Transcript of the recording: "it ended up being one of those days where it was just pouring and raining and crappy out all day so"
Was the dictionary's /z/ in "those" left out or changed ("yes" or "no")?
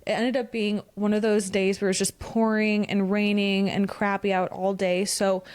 no